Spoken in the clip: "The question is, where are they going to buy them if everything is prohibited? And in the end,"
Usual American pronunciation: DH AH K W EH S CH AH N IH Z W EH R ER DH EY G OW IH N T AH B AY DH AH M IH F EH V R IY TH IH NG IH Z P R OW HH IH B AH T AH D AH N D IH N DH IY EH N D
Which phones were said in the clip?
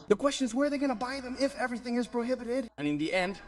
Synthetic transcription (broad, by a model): DH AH K W EH S CH AH N IH Z W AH R DH EY G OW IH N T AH B AY DH AH M IH F EH V R IY TH IH NG IH Z P R OW HH IH B AH T AH D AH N IH N DH IY EH N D